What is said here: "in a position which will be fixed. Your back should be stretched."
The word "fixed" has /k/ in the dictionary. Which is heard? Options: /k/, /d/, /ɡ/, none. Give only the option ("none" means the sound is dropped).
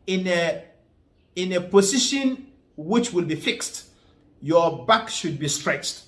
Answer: /k/